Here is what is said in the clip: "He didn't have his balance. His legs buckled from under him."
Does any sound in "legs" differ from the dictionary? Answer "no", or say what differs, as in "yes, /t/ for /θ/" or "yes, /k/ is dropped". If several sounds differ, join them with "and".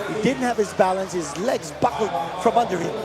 no